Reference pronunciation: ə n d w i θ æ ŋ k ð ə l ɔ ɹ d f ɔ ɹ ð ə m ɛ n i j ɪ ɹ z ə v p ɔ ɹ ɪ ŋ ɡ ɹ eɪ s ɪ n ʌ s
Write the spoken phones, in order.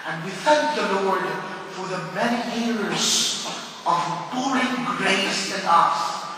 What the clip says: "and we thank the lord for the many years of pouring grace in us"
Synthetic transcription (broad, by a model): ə n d w i θ æ ŋ k ð ə l ɔ ɹ d f ɔ ɹ ð ə m ɛ n i j ɪ ɹ z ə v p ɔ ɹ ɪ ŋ ɡ ɹ eɪ s ɪ n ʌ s